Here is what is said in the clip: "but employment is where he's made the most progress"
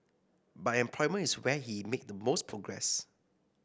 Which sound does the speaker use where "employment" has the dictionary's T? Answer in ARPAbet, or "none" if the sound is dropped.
none